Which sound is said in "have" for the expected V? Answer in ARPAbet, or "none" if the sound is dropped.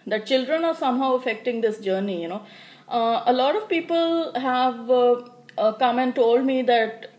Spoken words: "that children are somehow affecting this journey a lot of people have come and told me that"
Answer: V